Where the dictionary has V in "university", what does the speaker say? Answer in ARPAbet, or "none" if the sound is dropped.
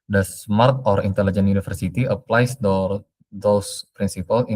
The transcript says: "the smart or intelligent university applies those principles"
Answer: F